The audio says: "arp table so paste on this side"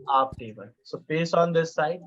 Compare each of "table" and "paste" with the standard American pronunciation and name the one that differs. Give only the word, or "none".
paste